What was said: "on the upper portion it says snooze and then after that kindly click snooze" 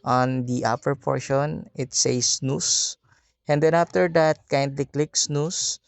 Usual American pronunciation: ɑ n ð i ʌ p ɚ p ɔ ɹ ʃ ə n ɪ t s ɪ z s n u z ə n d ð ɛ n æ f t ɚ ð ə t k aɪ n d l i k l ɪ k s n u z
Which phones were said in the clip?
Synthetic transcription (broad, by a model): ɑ n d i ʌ p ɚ p ɔ ɹ ʃ ə n ɪ t s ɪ s n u s ə n d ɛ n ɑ f t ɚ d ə t k aɪ n d l i k l ɪ k s n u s